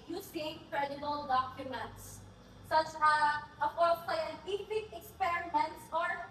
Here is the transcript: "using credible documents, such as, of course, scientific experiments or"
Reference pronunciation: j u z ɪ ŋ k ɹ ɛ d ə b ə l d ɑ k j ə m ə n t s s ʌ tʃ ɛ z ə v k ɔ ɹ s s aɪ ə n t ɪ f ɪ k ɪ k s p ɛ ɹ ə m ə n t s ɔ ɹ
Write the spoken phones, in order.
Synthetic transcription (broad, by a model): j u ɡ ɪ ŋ k ɹ ɛ d ə b ə l d ɑ k j ə m ə n t s s ʌ tʃ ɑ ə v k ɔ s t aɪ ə t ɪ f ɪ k ɪ k s p ɛ ɹ ə m ə n t s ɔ ɹ